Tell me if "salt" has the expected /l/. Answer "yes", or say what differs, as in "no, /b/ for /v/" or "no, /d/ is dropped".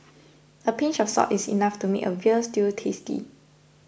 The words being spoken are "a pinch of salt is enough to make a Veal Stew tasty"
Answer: no, /l/ is dropped